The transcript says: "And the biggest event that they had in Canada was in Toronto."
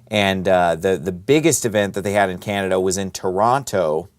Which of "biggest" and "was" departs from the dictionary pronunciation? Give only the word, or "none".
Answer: none